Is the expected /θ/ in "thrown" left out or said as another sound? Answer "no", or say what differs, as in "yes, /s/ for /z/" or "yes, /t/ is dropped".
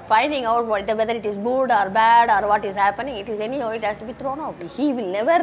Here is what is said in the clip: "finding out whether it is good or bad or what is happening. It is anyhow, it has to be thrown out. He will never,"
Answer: yes, /t/ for /θ/